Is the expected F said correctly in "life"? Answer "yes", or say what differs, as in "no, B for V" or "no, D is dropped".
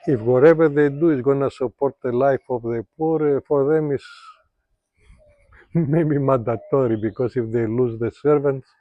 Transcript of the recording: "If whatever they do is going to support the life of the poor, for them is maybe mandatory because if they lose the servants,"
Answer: yes